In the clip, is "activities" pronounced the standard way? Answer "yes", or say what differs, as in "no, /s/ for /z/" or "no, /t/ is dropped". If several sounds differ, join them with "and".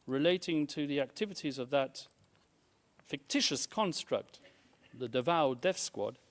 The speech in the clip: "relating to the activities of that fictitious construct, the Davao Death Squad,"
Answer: yes